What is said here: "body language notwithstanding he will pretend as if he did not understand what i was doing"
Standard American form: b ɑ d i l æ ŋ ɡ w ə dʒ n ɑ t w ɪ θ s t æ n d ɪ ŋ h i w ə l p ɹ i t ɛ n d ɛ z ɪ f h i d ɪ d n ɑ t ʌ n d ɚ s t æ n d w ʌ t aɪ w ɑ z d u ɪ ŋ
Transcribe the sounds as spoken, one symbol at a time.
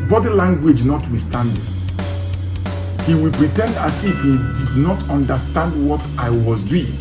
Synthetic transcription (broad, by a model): b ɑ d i l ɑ ŋ ɡ w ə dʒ n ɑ t w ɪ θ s t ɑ n d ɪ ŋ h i w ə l p ɹ i t ɛ n d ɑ s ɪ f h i d ɪ d n ɑ t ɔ n d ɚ s t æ n d w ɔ t aɪ w ɑ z d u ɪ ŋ